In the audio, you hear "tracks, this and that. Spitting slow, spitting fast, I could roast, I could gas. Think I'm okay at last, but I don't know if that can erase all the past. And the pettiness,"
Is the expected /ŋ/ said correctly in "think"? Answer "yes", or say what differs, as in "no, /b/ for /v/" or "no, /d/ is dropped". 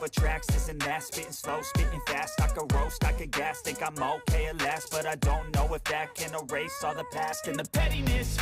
no, /ŋ/ is dropped